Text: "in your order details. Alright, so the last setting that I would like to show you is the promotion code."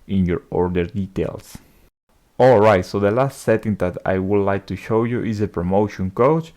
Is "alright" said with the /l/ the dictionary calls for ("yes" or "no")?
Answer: yes